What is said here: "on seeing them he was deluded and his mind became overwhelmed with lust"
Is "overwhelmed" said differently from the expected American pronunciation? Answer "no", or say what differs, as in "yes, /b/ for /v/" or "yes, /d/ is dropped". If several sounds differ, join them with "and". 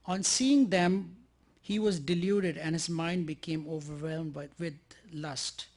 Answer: no